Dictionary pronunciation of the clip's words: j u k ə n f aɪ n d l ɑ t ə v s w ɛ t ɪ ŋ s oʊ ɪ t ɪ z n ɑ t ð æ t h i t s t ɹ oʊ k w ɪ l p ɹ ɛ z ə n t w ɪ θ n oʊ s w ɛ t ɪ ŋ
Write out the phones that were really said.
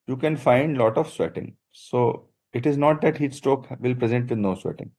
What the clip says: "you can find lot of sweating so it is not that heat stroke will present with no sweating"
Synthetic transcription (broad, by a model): j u k ə n f aɪ n d l ɑ t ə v s w ɛ t ɪ ŋ s oʊ ɪ t ɪ z n ɑ t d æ t h i t s t oʊ k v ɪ l p ɹ ɛ z ə n t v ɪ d n oʊ s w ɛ t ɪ ŋ